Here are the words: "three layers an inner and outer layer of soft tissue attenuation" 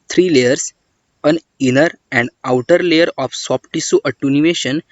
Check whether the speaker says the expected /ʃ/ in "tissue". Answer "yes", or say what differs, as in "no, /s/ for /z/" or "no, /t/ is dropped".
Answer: no, /s/ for /ʃ/